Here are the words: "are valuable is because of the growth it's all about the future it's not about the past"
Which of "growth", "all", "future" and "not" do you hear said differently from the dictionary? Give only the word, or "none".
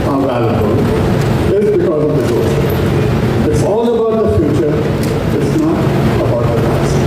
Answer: growth